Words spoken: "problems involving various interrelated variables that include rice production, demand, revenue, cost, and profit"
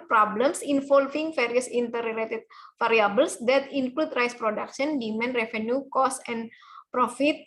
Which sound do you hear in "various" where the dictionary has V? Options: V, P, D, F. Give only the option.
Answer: F